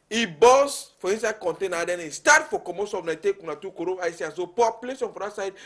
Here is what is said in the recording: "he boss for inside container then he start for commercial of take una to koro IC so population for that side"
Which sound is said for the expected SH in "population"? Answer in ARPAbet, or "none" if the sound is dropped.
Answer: S